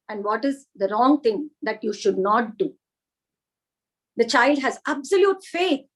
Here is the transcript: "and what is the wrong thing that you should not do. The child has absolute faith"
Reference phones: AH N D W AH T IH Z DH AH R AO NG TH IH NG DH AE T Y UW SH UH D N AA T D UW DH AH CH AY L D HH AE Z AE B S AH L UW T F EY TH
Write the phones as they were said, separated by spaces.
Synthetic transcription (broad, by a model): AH N D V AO T IH Z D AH R AO NG T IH NG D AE T Y UW SH UH D N AA T D UW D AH CH AY L D HH AE Z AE B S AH L UW T F EY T